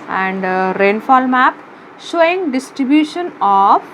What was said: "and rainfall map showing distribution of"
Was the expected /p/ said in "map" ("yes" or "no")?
yes